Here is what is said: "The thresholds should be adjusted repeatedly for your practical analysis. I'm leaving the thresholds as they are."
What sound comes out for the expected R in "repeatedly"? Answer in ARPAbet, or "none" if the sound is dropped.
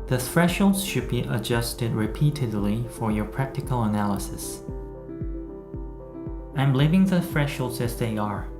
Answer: R